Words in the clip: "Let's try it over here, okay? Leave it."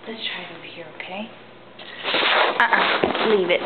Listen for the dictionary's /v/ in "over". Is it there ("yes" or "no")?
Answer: no